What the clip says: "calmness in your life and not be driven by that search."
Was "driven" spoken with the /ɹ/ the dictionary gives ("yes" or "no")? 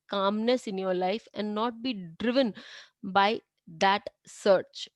yes